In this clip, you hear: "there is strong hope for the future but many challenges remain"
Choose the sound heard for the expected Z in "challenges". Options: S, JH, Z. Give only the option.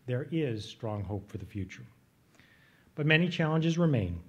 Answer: Z